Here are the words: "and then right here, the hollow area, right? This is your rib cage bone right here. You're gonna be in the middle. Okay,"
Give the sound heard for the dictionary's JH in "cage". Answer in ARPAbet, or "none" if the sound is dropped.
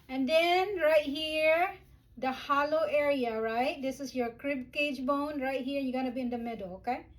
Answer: JH